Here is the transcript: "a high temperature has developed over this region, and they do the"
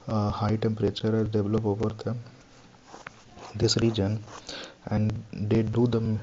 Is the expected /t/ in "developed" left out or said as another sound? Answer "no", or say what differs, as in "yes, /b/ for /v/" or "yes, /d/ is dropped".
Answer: yes, /t/ is dropped